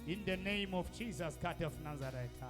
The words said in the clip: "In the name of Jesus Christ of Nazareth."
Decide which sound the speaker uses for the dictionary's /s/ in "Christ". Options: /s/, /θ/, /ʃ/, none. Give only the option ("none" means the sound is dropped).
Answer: none